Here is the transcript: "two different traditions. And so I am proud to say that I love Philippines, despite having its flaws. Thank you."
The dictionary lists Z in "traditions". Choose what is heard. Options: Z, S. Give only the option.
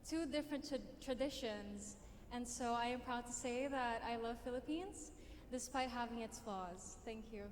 Z